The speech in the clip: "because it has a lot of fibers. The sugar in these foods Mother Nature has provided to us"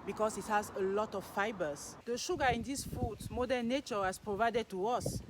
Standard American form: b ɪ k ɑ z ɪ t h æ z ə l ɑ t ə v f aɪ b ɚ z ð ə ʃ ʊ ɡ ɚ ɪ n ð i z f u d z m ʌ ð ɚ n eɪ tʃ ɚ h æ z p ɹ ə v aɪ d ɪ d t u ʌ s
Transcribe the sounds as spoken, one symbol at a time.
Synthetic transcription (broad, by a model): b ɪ k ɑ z ɪ t h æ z ə l ɑ t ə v f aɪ b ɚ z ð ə ʃ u ɡ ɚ ɪ n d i s f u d m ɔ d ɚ n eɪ tʃ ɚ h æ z p ɹ ə v aɪ d ɪ d t u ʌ s